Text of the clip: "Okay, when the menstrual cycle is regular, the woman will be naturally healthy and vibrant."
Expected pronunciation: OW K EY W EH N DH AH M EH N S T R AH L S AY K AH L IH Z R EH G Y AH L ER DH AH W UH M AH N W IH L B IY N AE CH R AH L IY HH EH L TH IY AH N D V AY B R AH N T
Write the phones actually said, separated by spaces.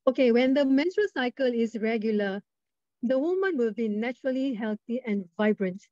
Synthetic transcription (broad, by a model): OW K EY W EH N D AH M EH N T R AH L S AY K AH L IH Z R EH G Y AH L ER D AH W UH M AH N W IH L B IY N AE CH R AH L IY HH EH L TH IY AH N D V AY B R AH N T